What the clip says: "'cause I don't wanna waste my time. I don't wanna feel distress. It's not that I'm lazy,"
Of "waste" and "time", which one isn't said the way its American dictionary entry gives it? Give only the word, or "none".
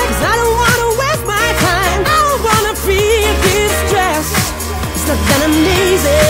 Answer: waste